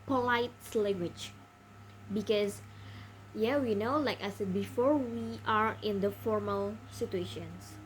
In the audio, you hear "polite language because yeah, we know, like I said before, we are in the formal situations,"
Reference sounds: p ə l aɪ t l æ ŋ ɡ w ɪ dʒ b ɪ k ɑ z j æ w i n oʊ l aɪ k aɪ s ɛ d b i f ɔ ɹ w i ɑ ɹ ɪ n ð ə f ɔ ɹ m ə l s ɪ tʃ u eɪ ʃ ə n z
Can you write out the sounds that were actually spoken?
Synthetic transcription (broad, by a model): p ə l aɪ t l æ ŋ ɡ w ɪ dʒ b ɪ k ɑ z j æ w i n oʊ l aɪ k aɪ s ɛ d b i f ɔ ɹ w i ɑ ɹ ɪ n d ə f ɔ ɹ m ə l s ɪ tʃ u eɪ ʃ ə n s